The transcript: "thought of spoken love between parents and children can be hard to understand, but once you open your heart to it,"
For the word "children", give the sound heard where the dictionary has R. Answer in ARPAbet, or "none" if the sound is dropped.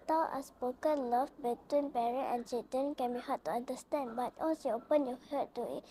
none